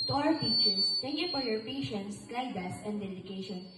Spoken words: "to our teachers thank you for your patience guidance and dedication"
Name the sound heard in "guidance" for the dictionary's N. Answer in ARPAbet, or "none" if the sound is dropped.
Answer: none